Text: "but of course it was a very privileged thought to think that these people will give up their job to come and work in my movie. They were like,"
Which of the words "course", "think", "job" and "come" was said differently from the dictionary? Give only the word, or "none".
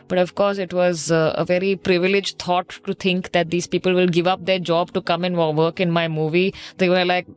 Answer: think